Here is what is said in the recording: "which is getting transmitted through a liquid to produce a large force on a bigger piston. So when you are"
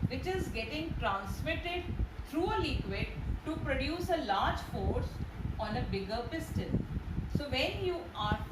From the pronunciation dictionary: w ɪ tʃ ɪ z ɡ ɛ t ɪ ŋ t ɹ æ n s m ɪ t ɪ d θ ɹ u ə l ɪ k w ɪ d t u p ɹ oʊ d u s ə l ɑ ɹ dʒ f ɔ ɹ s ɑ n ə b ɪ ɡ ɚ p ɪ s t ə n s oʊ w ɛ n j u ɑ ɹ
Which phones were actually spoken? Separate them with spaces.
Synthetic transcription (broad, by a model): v ɪ tʃ ɪ z ɡ ɛ t ɪ ŋ t ɹ æ n s m ɪ t ɪ d t ɹ u ə l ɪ k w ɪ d t u p ɹ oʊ d u s ə l ɑ ɹ dʒ f ɔ ɹ s ɑ n ə b ɪ ɡ ɚ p ɪ s t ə l s oʊ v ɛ n j u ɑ ɹ